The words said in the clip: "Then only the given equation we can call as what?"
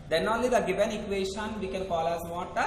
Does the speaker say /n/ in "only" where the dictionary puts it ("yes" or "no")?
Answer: yes